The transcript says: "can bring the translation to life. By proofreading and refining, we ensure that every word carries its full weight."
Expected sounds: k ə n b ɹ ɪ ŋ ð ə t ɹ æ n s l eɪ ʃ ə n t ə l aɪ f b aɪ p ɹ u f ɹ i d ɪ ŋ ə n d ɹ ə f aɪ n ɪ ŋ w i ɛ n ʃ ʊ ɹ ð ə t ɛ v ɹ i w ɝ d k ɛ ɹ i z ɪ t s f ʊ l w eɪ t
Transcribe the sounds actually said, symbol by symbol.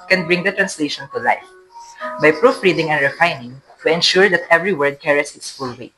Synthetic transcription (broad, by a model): k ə n b ɹ ɪ ŋ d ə t ɹ æ n s l eɪ ʃ ə n t ə l aɪ f b aɪ p ɹ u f ɹ i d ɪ ŋ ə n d ɹ ə f aɪ n ɪ ŋ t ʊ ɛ n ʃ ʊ ɹ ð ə t ɛ v ɹ i w ɝ d k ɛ ɹ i s ɪ t s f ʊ l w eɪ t